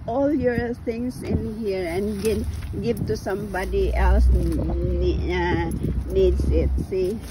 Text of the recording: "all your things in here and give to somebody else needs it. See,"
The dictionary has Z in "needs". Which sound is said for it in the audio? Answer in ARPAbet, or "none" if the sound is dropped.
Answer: S